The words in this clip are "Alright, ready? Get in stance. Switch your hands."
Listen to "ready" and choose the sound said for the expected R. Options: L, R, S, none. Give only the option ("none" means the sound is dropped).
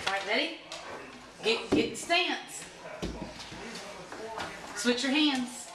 L